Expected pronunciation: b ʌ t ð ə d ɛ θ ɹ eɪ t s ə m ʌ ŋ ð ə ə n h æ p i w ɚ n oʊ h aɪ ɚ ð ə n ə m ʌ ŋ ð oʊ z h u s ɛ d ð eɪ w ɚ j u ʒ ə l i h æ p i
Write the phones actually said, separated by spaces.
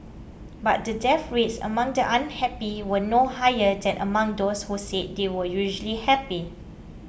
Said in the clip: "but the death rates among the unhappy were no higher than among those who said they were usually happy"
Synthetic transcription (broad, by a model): b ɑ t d ə d ɛ f ɹ eɪ t s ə m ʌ ŋ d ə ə n h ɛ p i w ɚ n oʊ h aɪ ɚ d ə n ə m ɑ ŋ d oʊ s h u s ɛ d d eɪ w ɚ j u ʒ ə l i h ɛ p i